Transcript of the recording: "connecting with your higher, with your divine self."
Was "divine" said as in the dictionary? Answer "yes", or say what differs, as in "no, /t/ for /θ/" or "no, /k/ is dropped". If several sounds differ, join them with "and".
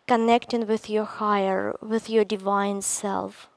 yes